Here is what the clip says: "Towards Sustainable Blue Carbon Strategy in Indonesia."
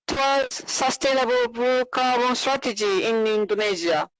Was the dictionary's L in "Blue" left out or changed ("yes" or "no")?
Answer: yes